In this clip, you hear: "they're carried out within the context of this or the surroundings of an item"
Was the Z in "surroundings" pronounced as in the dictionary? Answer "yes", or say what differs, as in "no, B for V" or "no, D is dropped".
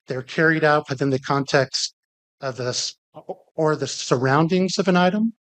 yes